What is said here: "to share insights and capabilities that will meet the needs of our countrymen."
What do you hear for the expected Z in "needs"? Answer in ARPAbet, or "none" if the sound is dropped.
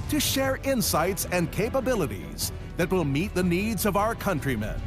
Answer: Z